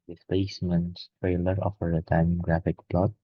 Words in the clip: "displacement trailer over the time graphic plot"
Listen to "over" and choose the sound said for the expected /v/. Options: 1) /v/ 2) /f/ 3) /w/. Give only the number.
2